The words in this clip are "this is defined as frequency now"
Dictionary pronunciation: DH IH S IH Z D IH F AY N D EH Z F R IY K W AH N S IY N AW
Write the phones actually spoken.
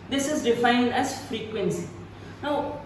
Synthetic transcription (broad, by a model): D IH S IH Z D IH F AY N D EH S F R IY K W AH N S IY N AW